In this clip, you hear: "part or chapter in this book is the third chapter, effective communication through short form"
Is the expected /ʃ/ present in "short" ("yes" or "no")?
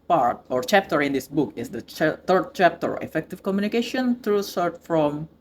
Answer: no